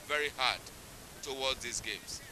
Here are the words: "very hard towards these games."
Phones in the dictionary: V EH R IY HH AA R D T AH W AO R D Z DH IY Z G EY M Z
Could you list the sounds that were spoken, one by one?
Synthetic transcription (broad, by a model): V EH R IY HH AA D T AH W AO L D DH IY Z G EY M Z